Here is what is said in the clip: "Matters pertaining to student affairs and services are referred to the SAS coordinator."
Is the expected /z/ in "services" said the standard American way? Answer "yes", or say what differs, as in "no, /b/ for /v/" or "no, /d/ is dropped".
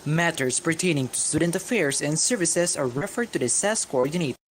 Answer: no, /s/ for /z/